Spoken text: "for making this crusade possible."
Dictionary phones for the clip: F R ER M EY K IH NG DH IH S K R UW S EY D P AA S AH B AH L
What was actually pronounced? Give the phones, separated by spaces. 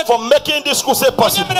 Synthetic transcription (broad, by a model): F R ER M EY K IH NG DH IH S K UW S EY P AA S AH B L